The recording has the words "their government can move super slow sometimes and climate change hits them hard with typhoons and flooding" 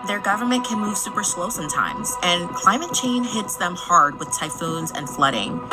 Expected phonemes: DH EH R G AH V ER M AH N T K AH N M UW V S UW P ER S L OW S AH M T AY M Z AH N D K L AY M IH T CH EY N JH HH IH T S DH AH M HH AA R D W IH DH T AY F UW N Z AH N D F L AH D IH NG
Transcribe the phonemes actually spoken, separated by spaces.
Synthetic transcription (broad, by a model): DH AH R G AH V ER M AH N K AH N M UW V S UW P ER S L OW S AH M T AY M Z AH N K L AY M IH T CH EY N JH HH IH T S DH AH M HH AA R D W IH DH T AY F UW N Z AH N F L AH D IH NG